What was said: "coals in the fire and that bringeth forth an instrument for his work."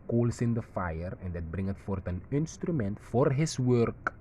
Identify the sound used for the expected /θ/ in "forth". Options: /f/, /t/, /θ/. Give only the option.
/t/